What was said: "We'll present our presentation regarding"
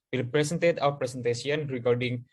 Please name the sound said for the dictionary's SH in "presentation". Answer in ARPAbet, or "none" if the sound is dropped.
S